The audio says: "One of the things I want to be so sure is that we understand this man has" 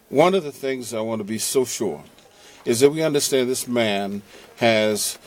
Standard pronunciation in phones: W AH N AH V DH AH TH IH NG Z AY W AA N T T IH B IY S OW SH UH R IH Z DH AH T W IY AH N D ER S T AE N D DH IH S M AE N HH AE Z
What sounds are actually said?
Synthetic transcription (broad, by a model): W AH N AH V DH AH TH IH NG Z AY W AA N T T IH B IY S OW SH UH R IH Z DH AH T W IY AH N D ER S T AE N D DH IH S M AE N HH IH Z